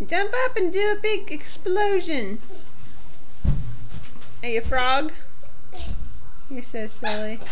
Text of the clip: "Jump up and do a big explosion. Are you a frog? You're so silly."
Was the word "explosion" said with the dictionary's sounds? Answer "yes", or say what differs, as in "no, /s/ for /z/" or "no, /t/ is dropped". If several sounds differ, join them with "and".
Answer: yes